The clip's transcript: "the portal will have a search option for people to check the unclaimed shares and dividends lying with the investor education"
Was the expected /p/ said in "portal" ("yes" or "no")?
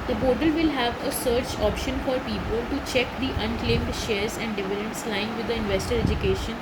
no